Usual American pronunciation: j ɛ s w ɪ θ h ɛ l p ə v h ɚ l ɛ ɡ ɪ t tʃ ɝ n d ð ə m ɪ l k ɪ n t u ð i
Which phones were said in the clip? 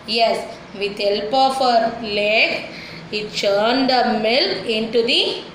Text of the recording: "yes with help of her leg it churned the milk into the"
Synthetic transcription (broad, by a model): j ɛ s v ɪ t h ɛ l p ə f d l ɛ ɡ ɪ t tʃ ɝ n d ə m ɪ l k ɪ n t u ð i